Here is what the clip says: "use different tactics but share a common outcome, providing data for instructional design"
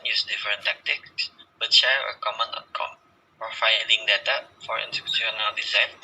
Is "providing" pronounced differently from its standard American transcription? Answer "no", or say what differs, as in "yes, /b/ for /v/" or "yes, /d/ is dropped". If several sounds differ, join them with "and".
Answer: yes, /f/ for /v/